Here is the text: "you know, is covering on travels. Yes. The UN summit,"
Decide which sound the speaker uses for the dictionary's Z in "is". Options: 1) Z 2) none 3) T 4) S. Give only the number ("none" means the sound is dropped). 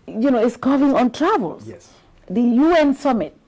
4